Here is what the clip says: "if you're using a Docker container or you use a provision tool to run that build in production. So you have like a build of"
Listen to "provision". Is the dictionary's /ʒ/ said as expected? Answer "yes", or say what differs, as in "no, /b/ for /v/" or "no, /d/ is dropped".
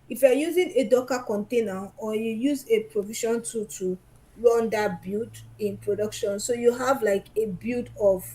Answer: no, /ʃ/ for /ʒ/